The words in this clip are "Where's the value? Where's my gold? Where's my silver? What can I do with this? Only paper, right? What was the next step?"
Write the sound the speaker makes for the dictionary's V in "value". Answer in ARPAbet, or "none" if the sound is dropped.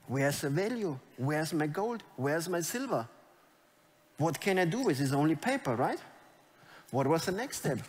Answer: V